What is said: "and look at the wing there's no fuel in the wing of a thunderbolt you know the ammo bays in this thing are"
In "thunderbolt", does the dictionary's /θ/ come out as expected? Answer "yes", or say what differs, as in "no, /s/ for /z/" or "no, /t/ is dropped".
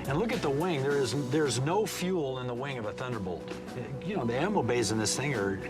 yes